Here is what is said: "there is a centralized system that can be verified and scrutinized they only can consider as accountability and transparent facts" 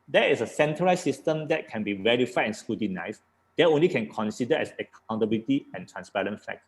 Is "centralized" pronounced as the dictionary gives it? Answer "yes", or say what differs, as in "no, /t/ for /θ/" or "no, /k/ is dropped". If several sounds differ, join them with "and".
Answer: no, /ɹ/ is dropped